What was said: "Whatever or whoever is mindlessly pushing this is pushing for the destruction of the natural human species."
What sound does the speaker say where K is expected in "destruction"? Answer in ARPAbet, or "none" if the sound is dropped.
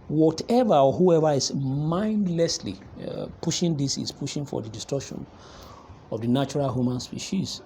none